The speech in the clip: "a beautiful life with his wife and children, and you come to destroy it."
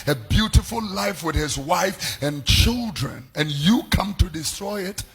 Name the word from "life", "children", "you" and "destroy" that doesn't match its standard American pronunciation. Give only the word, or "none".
none